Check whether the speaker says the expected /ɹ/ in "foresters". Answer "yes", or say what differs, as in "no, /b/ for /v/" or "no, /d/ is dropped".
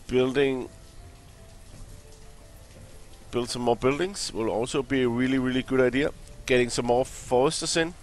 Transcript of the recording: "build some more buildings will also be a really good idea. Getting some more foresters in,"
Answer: no, /ɹ/ is dropped